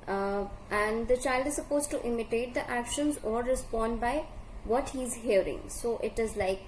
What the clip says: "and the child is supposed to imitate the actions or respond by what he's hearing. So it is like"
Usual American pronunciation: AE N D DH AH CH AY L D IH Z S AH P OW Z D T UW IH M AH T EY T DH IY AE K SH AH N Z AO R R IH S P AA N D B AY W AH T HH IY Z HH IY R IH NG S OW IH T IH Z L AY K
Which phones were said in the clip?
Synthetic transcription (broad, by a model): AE N D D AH CH AY L D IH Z S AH P OW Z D T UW IH M AH T EY T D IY AE K SH AH N Z AO R R IH S P AA N D B AY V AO T HH IY Z HH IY R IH NG S OW IH T IH Z L AY K